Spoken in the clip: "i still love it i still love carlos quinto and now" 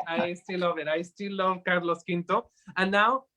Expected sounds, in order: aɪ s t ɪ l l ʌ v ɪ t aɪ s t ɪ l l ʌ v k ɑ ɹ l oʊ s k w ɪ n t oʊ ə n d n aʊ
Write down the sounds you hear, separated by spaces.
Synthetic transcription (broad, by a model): aɪ s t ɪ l l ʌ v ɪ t aɪ s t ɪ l l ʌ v k ɑ ɹ l oʊ s k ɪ n t oʊ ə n n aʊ